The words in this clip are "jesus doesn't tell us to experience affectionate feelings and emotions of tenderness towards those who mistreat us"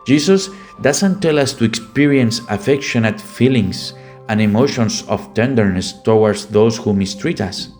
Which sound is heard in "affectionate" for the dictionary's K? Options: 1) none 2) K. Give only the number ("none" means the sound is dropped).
2